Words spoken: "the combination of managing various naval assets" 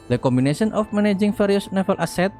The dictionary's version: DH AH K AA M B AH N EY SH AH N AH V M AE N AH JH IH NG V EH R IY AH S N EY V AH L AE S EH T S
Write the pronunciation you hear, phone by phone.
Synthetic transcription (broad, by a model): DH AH K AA M B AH N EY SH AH N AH F M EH N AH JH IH NG F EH R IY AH S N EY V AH L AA S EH T